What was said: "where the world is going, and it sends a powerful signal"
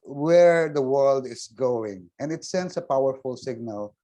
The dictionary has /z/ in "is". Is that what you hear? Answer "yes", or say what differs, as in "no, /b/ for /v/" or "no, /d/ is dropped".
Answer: no, /s/ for /z/